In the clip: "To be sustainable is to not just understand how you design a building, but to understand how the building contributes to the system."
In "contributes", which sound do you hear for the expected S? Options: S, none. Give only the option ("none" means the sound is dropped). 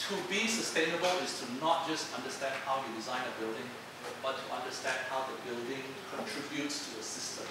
S